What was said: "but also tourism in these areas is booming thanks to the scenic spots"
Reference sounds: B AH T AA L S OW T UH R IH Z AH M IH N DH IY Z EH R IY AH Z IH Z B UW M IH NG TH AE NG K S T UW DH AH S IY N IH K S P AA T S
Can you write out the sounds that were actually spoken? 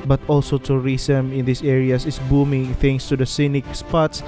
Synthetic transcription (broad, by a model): B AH T AA L S OW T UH R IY S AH M IH N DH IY S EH R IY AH S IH S B UW M IH NG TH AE NG S T UW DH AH S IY N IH K S P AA T S